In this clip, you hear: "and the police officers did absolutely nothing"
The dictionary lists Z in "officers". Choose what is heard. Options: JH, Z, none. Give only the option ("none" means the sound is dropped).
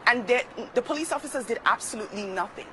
Z